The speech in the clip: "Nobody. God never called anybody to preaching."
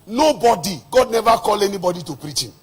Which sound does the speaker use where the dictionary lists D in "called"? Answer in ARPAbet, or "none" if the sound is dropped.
none